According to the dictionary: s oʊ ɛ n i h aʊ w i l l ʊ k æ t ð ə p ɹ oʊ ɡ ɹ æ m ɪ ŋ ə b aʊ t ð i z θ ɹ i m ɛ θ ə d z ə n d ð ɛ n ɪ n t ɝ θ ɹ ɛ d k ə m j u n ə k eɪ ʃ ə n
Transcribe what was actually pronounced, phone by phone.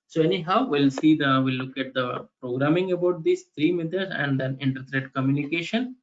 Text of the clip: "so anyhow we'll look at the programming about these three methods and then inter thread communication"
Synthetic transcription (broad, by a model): s oʊ ɛ n i h aʊ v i l l ʊ k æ t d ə p ɹ oʊ ɡ ɹ æ m ɪ ŋ ə b aʊ t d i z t ɹ i m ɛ t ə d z ə n d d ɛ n ɪ n t ɝ t ɹ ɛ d k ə m j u n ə k eɪ ʃ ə n